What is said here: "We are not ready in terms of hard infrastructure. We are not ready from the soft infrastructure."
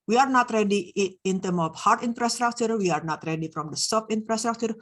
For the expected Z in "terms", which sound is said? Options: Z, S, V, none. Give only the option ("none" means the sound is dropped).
none